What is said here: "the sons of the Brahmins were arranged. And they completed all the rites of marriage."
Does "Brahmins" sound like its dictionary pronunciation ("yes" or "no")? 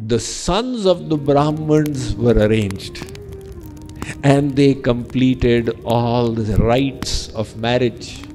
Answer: yes